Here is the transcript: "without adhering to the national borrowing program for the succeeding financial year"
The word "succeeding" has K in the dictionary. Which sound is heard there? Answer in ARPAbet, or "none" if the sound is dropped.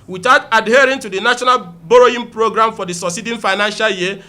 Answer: none